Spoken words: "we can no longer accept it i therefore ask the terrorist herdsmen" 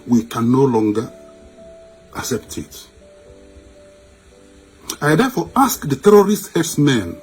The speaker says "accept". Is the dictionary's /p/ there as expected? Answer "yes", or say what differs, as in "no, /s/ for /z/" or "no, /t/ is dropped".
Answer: yes